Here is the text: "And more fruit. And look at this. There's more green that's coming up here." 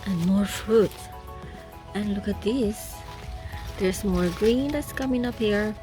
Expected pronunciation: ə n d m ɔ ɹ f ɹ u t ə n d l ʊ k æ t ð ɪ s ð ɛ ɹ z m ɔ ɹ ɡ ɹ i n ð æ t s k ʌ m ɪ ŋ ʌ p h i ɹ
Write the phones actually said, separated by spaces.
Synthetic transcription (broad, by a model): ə n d m ɔ ɹ f ɹ u t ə n l ʊ k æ t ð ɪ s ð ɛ ɹ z m ɔ ɹ ɡ ɹ i n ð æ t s k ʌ m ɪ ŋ ʌ p h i ɹ